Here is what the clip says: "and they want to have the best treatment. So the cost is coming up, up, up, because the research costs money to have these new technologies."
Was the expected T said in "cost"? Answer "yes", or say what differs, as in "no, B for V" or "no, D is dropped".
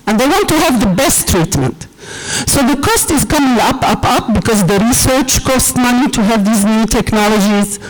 yes